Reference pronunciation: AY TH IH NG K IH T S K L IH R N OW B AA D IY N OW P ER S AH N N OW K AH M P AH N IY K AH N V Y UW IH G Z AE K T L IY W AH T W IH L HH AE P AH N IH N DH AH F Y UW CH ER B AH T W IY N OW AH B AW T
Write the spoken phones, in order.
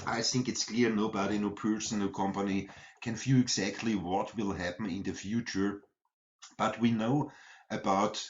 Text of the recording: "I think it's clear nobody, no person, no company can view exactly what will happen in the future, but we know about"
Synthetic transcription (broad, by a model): AY TH IH NG K IH T S K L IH R N OW B AA D IY N OW P ER S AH N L K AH M P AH N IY K AH N F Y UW IH G Z AE K T L IY W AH T W IH L HH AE P N IH N DH AH F Y UW CH ER B AH T W IY N OW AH B AW T